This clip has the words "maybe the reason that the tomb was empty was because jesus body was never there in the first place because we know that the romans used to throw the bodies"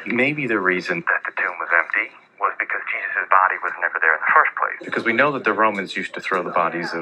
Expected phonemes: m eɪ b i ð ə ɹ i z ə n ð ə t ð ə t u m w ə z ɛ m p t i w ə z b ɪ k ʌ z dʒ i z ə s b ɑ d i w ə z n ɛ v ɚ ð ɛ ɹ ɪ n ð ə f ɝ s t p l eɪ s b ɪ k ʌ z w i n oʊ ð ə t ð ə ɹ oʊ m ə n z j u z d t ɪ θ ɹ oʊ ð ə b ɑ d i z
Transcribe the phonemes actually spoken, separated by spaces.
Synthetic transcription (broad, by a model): m eɪ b i ð ə ɹ i z ə n ð ə t ð ə t u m w ə z ɛ m p t i w ə z b ɪ k ʌ z dʒ i z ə s b ɑ d i w ə z n ɛ v ɚ ð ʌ ɹ ɪ n ð ə f ɝ s p l eɪ s b ɪ k ʌ z w i n oʊ ð ə t ð ə ɹ oʊ m ə n z j u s t ɪ θ ɹ oʊ ð ə b ɑ d i z